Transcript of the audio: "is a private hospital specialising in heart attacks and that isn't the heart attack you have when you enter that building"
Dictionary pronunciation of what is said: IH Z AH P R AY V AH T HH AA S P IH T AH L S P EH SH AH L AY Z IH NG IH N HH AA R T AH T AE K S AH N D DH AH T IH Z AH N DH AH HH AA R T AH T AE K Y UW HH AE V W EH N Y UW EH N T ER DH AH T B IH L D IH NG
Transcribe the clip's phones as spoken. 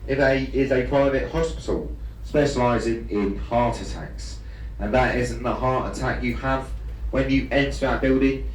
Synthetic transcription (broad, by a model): IH Z AH P R AY V AH T HH AA S P IH T AH L S P EH SH AH L AY Z IH NG IH N HH AA T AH T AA K S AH N DH AH T IH Z AH N DH AH HH AA T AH T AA K Y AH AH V W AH N Y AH EH N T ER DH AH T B IH L D IH NG